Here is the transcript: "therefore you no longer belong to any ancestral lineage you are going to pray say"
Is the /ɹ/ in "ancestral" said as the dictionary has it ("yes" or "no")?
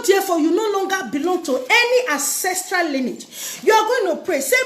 yes